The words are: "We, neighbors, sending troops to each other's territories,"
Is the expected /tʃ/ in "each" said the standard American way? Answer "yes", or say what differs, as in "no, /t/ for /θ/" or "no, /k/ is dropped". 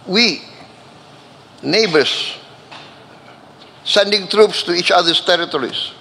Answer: yes